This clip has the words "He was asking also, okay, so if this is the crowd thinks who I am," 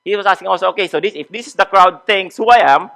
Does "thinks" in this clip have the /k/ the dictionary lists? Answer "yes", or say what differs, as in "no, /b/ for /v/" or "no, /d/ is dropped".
no, /k/ is dropped